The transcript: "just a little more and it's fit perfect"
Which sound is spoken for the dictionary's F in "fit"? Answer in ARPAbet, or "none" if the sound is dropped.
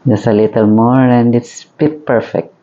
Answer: P